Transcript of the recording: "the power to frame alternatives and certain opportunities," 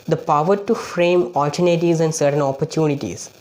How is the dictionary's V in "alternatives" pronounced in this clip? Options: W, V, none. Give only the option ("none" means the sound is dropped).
none